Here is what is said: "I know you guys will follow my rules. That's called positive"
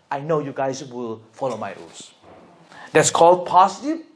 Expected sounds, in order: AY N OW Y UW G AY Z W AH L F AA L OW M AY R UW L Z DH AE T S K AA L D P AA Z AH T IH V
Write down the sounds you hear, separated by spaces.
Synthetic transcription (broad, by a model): AY N OW Y UW G AY S W AH L F AA L OW M AY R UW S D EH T S K AA L D P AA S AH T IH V